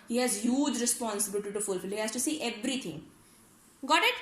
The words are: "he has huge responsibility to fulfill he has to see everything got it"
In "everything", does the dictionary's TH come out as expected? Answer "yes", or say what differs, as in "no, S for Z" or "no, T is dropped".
no, T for TH